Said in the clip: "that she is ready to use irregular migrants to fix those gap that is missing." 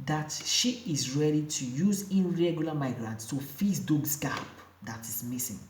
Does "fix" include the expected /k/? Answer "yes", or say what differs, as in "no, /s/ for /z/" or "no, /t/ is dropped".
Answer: no, /k/ is dropped